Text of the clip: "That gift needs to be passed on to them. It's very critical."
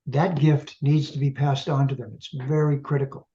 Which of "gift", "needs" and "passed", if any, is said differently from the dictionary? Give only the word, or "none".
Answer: none